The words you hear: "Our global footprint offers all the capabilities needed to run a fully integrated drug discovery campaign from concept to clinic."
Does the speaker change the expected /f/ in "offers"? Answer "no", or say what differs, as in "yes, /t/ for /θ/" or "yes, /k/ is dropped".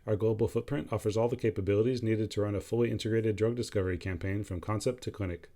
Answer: no